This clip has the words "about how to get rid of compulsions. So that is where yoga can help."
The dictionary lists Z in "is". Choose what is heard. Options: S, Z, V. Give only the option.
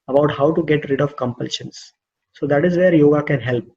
Z